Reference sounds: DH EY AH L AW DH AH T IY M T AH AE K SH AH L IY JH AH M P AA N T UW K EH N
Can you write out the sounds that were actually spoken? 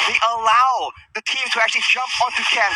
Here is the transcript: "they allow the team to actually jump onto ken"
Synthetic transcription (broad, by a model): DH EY AH L AW DH AH T IY M T AH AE K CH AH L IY JH AH M P AA N T UW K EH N